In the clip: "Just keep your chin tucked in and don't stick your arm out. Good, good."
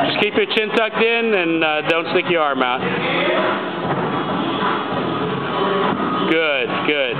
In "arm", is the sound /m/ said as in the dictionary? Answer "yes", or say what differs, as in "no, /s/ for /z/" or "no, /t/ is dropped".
yes